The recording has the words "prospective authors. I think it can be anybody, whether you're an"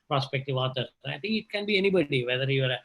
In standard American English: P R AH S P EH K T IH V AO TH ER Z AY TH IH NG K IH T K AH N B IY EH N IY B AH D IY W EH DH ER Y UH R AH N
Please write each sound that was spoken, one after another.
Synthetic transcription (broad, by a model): P R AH S P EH K T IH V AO T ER AY T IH NG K IH T K AH N B IY EH N IY B AH D IY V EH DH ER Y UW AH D